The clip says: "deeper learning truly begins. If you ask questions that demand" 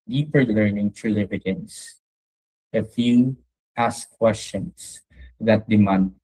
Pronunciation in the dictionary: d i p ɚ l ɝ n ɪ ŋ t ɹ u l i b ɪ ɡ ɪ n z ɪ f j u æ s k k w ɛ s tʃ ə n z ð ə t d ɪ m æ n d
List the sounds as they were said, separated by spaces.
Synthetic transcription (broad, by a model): d i p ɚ l ɝ n ɪ ŋ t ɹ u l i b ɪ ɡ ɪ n s ɪ f j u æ s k k w ɛ s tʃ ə n s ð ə t d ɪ m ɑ n d